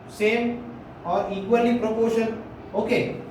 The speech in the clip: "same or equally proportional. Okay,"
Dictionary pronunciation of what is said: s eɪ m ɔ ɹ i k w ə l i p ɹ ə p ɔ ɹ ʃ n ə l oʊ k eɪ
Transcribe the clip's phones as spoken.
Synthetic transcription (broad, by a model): s eɪ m ɔ ɹ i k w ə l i p ɹ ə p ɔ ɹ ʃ ə n oʊ k eɪ